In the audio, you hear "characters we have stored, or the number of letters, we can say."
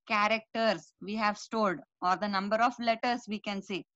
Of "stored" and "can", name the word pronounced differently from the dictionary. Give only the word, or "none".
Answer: stored